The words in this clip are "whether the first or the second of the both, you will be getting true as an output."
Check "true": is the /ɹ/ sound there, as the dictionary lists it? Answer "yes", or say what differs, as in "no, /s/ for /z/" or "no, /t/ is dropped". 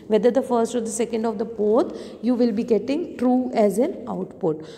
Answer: yes